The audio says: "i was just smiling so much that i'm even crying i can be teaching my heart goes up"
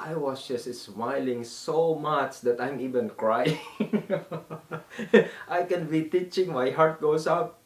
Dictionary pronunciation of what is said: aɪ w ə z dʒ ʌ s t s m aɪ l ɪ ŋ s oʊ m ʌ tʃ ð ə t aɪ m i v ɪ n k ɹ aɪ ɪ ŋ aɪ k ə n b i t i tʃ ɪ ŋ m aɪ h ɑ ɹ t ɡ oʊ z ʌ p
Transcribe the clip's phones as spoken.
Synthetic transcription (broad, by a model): aɪ w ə s dʒ ʌ s t s m aɪ l ɪ ŋ s oʊ m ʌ tʃ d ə t aɪ m i v ɪ n k ɹ aɪ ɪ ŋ aɪ k ə n b i t i tʃ ɪ ŋ m aɪ h ɑ ɹ t ɡ oʊ s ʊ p